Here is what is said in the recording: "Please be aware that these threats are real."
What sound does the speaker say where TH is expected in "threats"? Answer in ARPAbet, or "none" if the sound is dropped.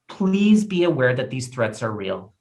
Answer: TH